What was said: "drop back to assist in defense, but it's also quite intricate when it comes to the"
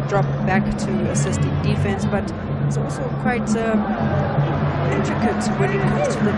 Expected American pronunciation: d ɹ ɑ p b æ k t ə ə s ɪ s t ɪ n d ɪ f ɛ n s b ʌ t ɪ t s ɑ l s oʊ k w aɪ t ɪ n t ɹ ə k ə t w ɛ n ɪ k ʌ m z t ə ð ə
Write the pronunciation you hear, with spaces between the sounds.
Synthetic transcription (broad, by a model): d ɹ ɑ p b æ k t ə ə s ɪ s t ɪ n d ɪ f ɛ n s b ʌ t ɪ t s ɑ l s oʊ k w aɪ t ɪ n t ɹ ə k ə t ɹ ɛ l ɪ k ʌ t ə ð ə